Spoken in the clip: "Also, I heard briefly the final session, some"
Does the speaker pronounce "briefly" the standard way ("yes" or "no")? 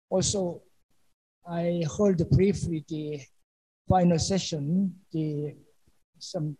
no